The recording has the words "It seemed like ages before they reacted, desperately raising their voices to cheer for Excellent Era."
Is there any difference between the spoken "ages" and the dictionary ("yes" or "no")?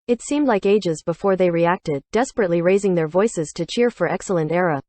no